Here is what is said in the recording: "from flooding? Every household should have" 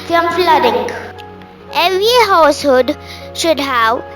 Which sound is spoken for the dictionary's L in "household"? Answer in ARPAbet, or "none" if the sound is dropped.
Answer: none